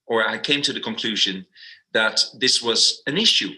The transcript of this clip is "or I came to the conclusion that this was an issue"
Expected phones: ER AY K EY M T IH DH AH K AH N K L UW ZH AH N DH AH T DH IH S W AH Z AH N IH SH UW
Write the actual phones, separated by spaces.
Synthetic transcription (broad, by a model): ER AY K EY M T IH DH AH K AH N K L UW ZH AH N DH AH T DH IH S W AH Z AH N IH SH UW